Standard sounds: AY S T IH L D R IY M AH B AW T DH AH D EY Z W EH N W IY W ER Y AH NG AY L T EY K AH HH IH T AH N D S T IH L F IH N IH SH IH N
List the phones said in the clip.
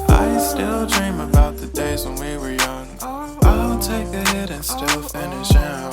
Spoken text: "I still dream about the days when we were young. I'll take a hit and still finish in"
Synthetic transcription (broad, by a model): AY S T IH L D R IY M AH B AW T DH AH D EY Z W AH N W IY W ER Y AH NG AY N T EY K AH HH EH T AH N S T IH L F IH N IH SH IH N